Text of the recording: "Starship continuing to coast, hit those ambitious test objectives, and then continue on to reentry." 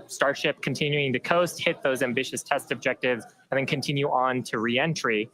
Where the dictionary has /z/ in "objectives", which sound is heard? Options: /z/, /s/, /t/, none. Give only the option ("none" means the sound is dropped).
/z/